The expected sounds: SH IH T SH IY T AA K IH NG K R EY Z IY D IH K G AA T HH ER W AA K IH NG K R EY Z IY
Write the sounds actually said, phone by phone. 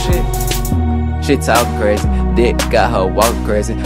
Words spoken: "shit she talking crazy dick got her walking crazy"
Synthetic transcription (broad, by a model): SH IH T SH IY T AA IH K R EY Z IY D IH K G AA T HH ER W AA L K R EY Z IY